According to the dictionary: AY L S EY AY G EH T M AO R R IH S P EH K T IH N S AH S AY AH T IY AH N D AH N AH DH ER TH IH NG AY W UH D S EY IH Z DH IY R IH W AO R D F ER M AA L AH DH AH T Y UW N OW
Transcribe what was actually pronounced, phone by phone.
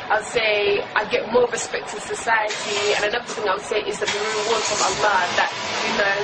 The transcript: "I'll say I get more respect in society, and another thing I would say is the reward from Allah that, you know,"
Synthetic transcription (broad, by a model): AY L S EY AY G EH T M AO R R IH S P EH K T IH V S AH S AY AH T IY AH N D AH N AH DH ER TH IH NG AY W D S EY IH Z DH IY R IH W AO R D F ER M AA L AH DH AH T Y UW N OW